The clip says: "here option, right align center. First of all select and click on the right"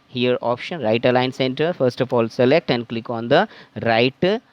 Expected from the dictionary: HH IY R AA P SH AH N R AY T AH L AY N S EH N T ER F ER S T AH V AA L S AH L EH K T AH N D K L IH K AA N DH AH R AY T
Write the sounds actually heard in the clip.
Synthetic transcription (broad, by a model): HH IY R AA P SH AH N R AY T AH L AY N S EH N T ER F ER S T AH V AA L S AH L EH K T AH N D K L IH K AA N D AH R AY T